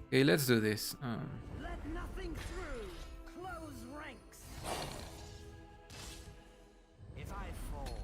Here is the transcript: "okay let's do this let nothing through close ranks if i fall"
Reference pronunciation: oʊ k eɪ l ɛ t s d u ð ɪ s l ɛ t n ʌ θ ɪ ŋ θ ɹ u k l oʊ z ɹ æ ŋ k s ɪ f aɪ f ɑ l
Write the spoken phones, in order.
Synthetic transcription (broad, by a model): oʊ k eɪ l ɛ t s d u ð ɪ s l ɛ t n ʌ θ ɪ ŋ θ ɹ u k l oʊ z ɹ æ ŋ k s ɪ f aɪ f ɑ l